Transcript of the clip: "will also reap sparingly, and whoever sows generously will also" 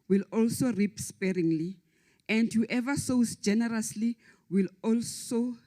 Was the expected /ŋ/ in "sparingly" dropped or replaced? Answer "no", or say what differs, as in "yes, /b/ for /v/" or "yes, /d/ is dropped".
no